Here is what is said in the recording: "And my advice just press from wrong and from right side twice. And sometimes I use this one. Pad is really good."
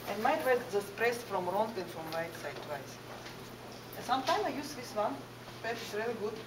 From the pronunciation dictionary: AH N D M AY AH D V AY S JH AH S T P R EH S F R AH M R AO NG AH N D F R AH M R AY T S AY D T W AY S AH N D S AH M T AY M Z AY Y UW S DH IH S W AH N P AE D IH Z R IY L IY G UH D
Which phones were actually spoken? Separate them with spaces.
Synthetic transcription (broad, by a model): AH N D M AY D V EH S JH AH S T P R EH S F R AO M R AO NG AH N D F R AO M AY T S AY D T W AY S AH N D S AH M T AY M AY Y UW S DH IH S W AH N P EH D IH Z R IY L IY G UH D